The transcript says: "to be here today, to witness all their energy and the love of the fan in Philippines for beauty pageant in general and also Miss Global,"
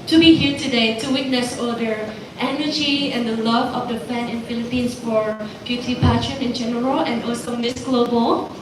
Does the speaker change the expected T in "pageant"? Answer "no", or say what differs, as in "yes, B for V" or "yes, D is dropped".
yes, T is dropped